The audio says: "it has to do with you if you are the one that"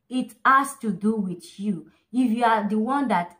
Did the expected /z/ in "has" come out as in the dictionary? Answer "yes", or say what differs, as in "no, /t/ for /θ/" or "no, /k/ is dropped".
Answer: no, /s/ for /z/